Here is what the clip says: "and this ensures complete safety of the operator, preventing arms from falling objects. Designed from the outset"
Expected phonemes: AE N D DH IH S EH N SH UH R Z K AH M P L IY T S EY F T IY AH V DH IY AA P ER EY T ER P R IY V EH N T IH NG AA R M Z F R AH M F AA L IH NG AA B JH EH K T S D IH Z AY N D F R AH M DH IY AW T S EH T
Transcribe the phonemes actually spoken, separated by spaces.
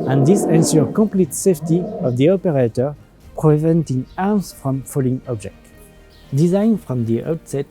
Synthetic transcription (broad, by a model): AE N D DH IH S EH N S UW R K AH M P L IY T S EY F T IY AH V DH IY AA P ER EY T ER P R IY V EH N T IH NG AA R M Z F R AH M F AA L IH NG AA B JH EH K T D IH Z AY N F R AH M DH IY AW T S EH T